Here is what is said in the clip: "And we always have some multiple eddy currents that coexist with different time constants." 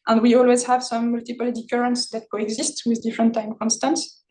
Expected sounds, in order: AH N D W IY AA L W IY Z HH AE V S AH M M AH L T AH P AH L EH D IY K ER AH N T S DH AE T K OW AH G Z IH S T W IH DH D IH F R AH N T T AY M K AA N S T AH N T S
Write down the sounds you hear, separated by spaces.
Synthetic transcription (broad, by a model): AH N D W IY AA L W IY Z HH AE V S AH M M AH L T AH P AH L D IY K ER AH N T S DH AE T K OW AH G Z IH S T W IH DH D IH F R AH N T T AY M K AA N S T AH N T S